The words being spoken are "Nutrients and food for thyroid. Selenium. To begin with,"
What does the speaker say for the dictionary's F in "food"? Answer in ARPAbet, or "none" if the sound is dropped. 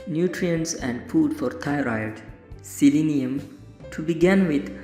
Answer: P